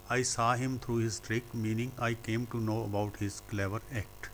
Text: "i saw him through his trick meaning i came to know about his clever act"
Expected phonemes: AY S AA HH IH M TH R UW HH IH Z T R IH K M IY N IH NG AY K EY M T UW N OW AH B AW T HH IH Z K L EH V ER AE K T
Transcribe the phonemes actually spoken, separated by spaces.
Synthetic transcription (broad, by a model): AY S AA HH IH M T R UW HH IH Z T R IH K M IY N IH NG AY K EY M T UW N OW AH B AW T HH IH Z K L EH V ER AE K T